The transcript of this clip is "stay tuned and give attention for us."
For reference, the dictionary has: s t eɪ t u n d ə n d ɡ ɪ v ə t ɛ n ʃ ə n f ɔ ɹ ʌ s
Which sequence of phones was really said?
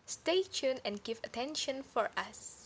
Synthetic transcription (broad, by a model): s t eɪ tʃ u n ə n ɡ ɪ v ə t ɛ n ʃ ə n f ɔ ɹ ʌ s